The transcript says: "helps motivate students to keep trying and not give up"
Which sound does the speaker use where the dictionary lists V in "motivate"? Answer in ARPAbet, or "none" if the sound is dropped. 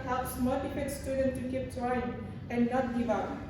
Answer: F